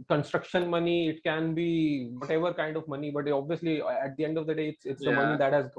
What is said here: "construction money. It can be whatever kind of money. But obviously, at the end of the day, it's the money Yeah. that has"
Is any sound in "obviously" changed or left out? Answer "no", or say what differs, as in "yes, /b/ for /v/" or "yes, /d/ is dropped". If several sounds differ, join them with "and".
no